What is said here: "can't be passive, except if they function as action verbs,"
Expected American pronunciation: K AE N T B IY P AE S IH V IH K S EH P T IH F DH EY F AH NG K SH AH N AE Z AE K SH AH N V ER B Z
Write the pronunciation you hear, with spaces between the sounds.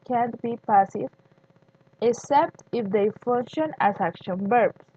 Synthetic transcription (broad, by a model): K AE N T B IY P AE S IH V IH K S EH P T IH F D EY F AH NG K SH AH N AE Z AE K SH AH N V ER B